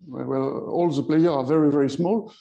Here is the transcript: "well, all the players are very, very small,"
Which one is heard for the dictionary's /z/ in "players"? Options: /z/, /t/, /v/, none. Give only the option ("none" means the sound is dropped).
none